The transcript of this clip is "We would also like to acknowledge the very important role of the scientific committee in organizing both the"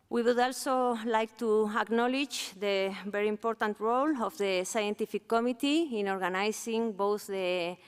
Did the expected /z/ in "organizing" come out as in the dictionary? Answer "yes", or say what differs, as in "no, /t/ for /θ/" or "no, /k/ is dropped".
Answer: no, /s/ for /z/